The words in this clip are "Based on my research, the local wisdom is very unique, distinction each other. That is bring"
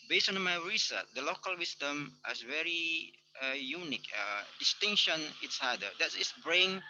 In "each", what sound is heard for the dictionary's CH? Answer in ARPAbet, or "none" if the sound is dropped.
S